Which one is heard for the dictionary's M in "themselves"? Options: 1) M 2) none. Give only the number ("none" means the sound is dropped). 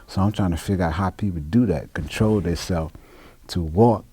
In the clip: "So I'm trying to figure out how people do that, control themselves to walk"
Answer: 2